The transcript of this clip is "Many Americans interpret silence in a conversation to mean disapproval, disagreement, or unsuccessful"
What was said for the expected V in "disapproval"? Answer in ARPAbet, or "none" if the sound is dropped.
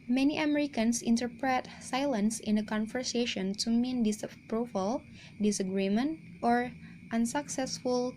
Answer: F